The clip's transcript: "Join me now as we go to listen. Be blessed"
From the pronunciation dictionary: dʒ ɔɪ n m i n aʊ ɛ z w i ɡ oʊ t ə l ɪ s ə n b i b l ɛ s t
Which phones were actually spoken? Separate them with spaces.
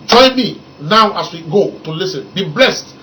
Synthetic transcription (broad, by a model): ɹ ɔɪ m i n aʊ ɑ s w i ɡ oʊ t ə l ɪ s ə n b i b l ɛ s t